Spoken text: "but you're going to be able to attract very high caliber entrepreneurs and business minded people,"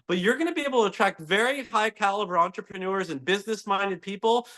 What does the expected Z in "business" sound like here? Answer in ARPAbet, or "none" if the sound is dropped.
Z